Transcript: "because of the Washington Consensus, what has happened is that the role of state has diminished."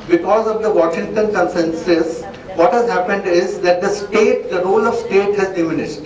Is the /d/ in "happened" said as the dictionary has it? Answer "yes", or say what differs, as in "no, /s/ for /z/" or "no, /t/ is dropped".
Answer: yes